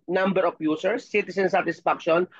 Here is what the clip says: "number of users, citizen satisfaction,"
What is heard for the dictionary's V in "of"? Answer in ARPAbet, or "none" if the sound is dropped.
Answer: P